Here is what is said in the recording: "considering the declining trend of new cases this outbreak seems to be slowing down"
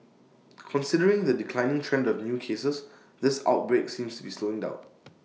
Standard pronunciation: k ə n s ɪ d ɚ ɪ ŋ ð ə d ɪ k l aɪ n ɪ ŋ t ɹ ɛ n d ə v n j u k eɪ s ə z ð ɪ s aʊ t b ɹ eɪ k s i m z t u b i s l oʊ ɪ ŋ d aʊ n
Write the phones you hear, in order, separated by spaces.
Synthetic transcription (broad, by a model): k ə n s ɪ d ɚ ɪ ŋ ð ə d ɪ k l aɪ n ɪ ŋ t ɹ ɛ n d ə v n j u k eɪ s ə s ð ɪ s aʊ t b ɹ eɪ k s i m s t u b i s l oʊ ɪ ŋ d aʊ n